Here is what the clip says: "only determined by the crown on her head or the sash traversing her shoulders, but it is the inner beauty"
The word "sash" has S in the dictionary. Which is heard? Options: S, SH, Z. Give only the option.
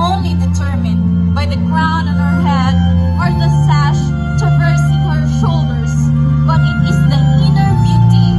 S